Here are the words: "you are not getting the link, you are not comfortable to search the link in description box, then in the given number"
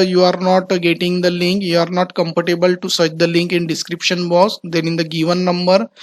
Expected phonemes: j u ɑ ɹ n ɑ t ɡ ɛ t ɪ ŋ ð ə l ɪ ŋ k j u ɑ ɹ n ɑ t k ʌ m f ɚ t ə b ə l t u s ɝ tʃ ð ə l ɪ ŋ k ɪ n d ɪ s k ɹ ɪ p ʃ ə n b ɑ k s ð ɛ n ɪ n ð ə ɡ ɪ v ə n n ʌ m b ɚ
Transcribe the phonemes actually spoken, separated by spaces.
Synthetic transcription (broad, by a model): j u ɑ ɹ n ɑ t ɡ ɛ t ɪ ŋ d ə l ɪ ŋ k j u ɑ ɹ n ɑ t k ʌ m p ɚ t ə b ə l t u s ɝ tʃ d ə l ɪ ŋ k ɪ n d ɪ s k ɹ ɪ p ʃ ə n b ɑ s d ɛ n ɪ n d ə ɡ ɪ v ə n n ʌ m b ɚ